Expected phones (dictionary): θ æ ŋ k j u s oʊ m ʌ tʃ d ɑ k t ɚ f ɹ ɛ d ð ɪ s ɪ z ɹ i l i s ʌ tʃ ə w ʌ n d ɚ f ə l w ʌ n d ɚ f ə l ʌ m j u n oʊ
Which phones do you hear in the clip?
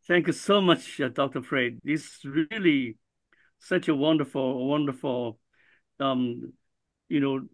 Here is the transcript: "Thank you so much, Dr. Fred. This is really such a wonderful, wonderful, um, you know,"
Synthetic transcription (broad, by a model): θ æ ŋ k j u s oʊ m ʌ tʃ d ɑ k t ɚ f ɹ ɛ ɪ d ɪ s ɹ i l i s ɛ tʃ ə w ʌ n d ɚ f ə l w ʌ n d ɚ f ə l ʌ m j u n oʊ